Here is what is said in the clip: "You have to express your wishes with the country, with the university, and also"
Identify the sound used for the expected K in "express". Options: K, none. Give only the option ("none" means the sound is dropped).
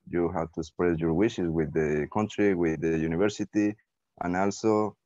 none